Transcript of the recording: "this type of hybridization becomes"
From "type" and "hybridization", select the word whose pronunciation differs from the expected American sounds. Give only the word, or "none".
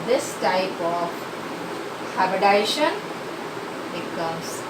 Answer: hybridization